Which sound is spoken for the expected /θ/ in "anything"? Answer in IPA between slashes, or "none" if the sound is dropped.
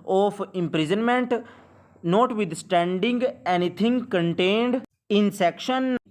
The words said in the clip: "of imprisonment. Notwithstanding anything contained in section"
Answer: /t/